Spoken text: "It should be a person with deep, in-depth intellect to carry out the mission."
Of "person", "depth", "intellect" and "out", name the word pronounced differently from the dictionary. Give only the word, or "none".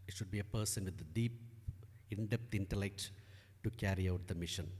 depth